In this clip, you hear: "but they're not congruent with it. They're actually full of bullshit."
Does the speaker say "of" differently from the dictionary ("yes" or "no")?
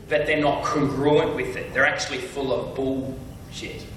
no